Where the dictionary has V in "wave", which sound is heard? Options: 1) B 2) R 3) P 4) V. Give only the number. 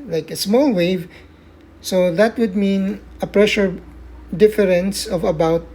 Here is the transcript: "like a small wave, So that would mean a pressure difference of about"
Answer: 4